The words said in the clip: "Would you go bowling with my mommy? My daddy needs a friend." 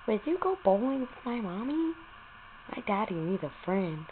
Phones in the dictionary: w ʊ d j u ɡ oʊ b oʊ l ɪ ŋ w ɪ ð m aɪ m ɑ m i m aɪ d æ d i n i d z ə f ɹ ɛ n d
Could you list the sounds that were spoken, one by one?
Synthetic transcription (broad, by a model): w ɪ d j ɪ ɡ oʊ b oʊ l ɪ ŋ w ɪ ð m aɪ m ɑ m i m aɪ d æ d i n i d ə f ɹ ɛ n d